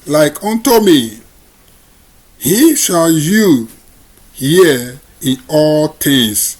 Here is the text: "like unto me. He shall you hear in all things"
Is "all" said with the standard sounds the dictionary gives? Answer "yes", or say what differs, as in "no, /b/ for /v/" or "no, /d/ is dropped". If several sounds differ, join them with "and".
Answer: yes